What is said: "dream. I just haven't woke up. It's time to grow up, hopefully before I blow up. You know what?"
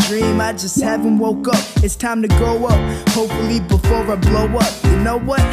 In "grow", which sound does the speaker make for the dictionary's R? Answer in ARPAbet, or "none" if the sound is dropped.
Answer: none